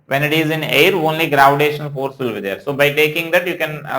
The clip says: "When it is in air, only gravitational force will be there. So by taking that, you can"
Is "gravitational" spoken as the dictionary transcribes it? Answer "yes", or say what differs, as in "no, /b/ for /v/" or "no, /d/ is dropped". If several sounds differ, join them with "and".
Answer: no, /n/ is dropped and /n/ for /l/